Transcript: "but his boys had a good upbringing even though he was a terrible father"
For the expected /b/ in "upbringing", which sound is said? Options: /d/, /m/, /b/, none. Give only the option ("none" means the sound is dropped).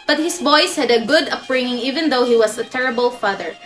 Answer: none